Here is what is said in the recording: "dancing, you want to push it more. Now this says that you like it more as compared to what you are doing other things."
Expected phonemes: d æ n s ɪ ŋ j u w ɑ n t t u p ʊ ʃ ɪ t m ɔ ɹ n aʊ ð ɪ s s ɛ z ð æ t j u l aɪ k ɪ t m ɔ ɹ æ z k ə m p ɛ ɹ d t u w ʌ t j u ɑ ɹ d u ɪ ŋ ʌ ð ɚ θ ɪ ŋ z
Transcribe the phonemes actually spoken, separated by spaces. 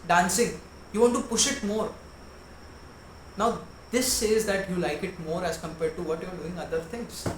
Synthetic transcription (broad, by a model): d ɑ n s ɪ ŋ j u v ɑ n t t u p ʊ ʃ ɪ t m ɔ ɹ n aʊ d ɪ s s ɛ z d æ t j u l aɪ k ɪ t m ɔ ɹ æ z k ə m p ɛ ɹ d t u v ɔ t j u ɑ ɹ d u ɪ ŋ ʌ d ɚ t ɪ ŋ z